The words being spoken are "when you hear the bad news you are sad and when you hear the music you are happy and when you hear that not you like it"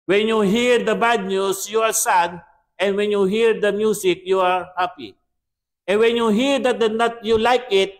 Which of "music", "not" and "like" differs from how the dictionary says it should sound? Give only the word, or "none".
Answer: music